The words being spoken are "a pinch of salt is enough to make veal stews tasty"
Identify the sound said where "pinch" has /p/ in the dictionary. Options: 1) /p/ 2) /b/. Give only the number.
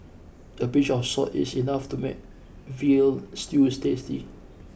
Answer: 2